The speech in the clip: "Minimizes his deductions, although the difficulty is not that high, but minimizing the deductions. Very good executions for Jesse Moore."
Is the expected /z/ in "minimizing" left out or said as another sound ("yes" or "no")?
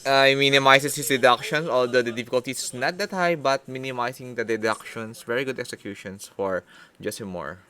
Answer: yes